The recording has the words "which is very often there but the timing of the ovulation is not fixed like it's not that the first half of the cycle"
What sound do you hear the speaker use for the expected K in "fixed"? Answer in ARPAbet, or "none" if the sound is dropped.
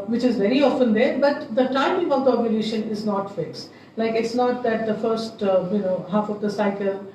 K